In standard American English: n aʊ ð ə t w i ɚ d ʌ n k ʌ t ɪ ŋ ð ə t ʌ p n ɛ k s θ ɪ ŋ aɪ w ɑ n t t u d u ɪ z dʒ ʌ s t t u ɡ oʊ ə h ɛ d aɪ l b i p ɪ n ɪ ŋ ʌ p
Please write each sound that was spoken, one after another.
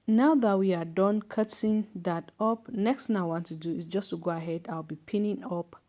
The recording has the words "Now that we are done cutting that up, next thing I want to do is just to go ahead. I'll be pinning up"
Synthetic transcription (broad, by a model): n aʊ ð ə t w i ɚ d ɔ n k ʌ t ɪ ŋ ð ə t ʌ p n ɛ k s t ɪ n aɪ w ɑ n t t u d u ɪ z dʒ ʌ s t t u ɡ oʊ ə h ɛ d aɪ l b i p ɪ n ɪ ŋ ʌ p